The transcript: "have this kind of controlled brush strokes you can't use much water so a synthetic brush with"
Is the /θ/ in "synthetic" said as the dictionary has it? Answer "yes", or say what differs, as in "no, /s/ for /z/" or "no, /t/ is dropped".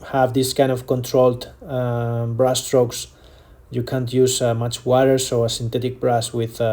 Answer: no, /t/ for /θ/